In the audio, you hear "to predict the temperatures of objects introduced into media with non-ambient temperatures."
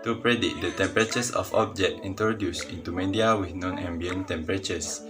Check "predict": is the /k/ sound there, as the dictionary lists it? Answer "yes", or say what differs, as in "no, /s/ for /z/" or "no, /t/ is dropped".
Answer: no, /k/ is dropped